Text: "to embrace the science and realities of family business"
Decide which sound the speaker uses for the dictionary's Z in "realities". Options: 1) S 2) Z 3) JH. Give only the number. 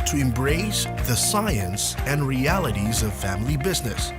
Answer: 2